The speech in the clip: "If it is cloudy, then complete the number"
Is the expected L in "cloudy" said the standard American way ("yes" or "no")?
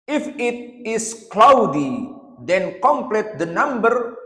yes